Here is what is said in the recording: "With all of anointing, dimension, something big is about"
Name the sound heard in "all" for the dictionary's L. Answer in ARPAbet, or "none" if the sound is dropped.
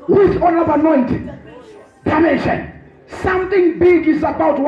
N